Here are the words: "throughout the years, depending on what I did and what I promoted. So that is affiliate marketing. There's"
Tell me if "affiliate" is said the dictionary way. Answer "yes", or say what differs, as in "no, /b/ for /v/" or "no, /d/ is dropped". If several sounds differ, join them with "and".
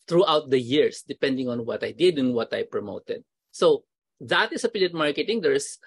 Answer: no, /p/ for /f/